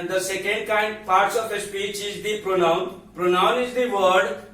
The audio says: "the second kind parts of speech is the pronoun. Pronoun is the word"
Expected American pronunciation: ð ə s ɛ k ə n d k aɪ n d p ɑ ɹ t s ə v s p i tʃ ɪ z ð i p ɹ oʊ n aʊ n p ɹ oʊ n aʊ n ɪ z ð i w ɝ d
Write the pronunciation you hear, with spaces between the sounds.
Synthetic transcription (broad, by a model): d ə s ɛ k ə n d k aɪ n d p ɑ ɹ t s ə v s p i tʃ ɪ z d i p ɹ oʊ n aʊ n p ɹ oʊ n aʊ n ɪ z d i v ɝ d